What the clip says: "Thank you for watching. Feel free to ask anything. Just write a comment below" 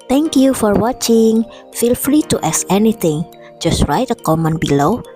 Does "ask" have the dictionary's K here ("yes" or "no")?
no